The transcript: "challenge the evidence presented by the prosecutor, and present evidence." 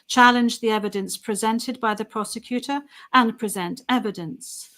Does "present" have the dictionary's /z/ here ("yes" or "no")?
yes